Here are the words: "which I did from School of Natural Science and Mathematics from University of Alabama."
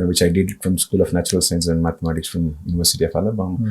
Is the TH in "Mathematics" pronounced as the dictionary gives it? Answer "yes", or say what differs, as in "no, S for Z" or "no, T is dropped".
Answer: no, T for TH